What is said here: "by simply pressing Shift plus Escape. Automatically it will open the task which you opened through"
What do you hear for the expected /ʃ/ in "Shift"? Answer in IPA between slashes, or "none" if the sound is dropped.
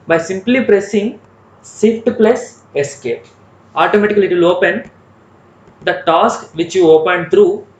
/s/